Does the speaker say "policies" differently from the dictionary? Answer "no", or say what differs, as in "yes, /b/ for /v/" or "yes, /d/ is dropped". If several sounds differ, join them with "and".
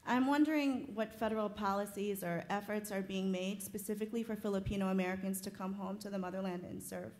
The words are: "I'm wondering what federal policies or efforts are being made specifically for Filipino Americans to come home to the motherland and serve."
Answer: no